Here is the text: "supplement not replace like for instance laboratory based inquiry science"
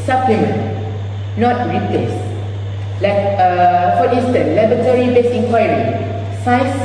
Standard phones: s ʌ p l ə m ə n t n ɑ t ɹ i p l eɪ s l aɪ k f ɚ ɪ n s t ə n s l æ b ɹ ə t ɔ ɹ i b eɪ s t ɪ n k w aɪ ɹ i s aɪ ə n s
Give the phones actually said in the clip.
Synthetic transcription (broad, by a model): s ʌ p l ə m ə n n ɑ t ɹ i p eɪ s l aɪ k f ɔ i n s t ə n l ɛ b ə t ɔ ɹ i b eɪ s ɪ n k w aɪ ɹ i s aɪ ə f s